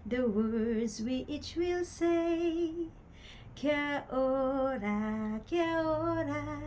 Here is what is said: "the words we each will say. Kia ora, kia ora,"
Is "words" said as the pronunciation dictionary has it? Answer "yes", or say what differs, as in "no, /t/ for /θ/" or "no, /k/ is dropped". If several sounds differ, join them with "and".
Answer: yes